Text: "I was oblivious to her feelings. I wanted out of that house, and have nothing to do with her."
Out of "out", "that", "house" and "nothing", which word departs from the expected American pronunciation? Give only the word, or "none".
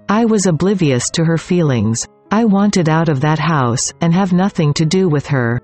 none